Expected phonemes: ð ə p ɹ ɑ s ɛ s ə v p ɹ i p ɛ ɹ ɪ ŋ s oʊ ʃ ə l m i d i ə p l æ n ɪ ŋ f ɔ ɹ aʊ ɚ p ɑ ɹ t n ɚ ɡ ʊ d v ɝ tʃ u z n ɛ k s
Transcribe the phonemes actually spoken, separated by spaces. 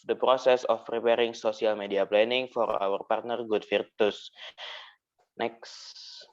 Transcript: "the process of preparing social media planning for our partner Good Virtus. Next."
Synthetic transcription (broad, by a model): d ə p ɹ ɑ s ɛ s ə f p ɹ i p ɛ ɹ ɪ ŋ s oʊ s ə l m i d i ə p l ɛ n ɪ ŋ f ɔ ɹ aʊ ɚ p ɑ ɹ t n ɚ ɡ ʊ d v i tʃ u s n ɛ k s